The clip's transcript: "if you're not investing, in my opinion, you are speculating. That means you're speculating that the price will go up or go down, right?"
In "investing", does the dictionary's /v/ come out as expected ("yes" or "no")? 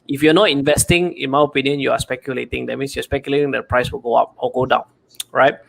yes